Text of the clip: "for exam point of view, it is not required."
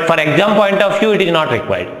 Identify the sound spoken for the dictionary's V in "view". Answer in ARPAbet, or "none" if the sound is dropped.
F